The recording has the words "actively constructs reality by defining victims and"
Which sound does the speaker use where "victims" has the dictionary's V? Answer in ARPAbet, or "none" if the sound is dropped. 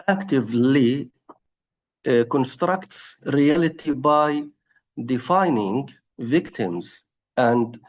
V